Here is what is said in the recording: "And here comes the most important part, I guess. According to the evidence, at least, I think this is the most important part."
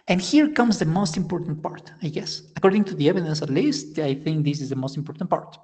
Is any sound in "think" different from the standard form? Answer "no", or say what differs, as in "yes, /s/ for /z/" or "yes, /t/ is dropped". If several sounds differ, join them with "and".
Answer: no